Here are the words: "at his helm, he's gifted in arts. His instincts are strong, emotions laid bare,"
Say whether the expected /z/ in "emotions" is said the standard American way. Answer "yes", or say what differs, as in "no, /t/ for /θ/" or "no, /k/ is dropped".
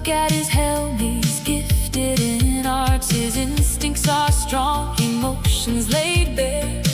yes